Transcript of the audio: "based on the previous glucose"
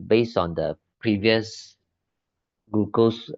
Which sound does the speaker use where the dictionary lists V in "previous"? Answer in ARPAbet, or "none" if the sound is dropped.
V